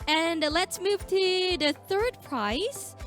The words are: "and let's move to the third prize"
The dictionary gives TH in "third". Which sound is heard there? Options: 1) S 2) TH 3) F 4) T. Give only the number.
2